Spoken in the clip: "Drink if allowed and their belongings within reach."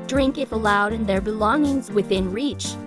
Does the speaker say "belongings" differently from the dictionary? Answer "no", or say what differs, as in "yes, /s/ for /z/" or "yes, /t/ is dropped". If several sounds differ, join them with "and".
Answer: no